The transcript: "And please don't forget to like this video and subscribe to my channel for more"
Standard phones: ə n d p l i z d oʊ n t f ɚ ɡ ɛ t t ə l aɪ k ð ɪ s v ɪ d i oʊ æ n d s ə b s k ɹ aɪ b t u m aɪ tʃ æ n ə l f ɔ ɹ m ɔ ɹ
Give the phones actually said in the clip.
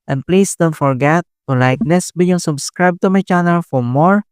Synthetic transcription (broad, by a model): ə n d p l i s d oʊ n t f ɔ ɡ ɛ t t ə l aɪ k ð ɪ s b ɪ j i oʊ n s ə b s k ɹ aɪ b t u m aɪ tʃ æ n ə l f ɔ ɹ m ɔ ɹ